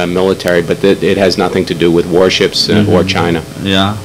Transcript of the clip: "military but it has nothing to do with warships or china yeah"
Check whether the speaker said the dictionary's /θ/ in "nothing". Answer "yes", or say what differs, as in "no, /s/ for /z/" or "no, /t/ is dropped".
yes